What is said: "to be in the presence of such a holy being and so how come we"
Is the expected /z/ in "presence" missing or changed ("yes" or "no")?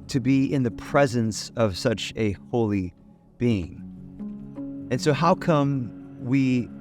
no